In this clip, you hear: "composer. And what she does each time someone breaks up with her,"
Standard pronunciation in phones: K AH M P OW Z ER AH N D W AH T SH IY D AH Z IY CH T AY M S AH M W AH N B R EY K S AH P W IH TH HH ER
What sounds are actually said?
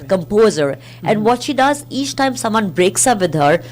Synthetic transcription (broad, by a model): K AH M P OW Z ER AH N D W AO T SH IY D AH Z IY CH T AY M S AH M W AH N B R EY K S AH P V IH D HH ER